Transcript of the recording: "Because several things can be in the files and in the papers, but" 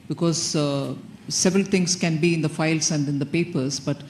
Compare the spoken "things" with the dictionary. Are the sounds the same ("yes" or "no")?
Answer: no